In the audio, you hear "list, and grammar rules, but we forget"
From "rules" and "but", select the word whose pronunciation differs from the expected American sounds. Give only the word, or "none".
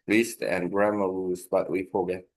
rules